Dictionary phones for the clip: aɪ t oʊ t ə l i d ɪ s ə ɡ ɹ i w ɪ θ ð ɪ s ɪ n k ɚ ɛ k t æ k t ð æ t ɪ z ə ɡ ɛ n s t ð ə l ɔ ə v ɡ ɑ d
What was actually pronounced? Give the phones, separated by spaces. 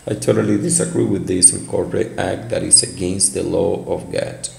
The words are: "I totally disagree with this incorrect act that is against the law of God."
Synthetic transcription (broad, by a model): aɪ t oʊ t ə l i d ɪ s ə ɡ ɹ i w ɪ ð ɪ s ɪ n k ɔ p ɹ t æ k t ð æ t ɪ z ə ɡ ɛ n s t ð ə l ɔ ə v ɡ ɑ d